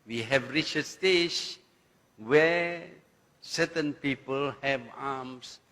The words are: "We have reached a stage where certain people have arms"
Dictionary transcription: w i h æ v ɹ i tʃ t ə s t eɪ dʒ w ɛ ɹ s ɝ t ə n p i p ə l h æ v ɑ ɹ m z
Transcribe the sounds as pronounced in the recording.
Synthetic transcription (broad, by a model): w i h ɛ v ɹ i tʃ ə s t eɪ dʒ w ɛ s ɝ t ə n p i p ə l h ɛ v ɑ m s